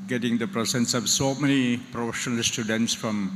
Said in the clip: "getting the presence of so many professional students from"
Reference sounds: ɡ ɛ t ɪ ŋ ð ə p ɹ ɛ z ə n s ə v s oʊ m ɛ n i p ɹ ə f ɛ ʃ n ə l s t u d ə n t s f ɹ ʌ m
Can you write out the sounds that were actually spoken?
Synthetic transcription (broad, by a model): ɡ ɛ t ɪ ŋ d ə p ɹ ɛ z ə n s ə v s oʊ m ɛ n i p ɹ ə f ɛ ʃ n ə l s t u d ə n t s f ɹ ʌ m